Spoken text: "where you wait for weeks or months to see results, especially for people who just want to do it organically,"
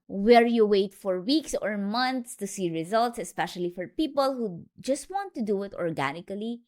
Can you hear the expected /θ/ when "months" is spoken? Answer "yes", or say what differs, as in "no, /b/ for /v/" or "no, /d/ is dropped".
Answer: no, /t/ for /θ/